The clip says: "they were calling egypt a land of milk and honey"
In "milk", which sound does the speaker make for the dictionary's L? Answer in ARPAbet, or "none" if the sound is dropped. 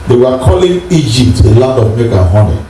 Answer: none